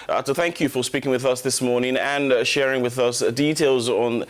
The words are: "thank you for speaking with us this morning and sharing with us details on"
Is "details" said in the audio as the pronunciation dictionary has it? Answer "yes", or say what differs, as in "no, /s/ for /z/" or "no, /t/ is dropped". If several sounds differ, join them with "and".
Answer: yes